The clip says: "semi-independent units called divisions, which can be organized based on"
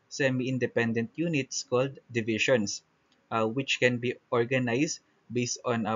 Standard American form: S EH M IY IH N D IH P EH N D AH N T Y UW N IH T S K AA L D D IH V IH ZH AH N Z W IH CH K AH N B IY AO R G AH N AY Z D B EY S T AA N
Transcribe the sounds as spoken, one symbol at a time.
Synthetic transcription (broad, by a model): S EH M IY IH N D IH P EH N D AH N T Y UW N IH T S K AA L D D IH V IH SH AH N S W IH CH K AH N B IY AO R G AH N AY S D B EY S T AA N